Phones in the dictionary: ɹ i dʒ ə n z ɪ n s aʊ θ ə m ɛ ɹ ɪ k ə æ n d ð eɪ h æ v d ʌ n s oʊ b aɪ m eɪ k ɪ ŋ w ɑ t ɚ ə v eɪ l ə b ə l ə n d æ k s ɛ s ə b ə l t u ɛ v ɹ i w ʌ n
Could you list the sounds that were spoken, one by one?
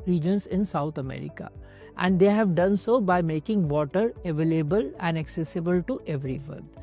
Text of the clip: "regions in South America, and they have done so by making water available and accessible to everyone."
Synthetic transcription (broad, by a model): ɹ i dʒ ə n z ɪ n s aʊ t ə m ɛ ɹ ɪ k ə æ n d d eɪ h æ v d ʌ n s oʊ b aɪ m eɪ k ɪ ŋ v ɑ t ɚ ə v eɪ l ə b ə l ə n d æ k s ɛ s ə b ə l t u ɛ v ɹ i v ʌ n